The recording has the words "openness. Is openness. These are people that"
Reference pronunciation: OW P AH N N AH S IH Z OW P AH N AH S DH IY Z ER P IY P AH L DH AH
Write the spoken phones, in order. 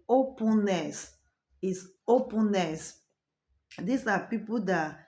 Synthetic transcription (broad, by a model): OW P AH N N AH S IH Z OW P AH N AH S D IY S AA P IY P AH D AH